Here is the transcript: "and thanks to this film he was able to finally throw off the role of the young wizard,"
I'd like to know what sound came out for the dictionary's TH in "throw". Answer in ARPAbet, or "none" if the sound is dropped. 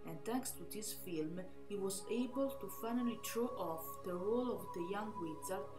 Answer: T